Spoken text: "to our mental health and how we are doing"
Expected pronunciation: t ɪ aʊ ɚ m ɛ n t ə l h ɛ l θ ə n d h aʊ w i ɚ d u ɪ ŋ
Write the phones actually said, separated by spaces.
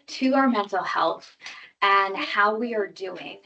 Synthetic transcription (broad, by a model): t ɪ aʊ ɚ m ɛ n t l h ɛ l θ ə n h aʊ w i ɚ d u ɪ ŋ